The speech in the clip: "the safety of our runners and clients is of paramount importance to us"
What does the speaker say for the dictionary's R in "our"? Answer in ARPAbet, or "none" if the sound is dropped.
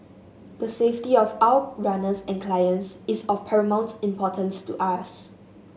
W